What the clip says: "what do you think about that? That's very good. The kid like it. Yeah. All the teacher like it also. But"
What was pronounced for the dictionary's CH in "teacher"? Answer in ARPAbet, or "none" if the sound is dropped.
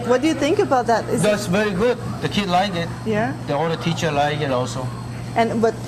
CH